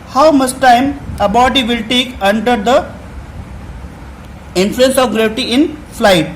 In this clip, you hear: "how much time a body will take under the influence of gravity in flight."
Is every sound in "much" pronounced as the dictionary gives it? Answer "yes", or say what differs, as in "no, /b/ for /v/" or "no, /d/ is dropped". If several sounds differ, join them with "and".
no, /s/ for /tʃ/